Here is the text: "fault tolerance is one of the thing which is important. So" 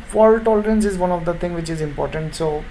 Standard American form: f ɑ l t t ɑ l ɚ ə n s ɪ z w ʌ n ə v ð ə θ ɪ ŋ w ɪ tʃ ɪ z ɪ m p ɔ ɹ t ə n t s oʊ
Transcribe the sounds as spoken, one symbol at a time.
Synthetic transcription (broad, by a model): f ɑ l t t ɑ l ɚ ə n s ɪ z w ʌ n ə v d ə t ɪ ŋ w ɪ tʃ ɪ z ɪ m p ɔ ɹ t ə n t s oʊ